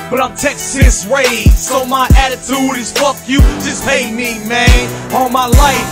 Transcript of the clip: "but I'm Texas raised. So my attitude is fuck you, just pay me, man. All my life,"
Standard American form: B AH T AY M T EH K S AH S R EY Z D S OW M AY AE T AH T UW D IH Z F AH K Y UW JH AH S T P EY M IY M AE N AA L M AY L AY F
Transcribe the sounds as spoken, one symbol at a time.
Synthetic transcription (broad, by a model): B AH T AY M T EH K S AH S W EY S OW M AY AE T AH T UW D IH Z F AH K Y UW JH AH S P EY M IY M AE N AA L M AY L AY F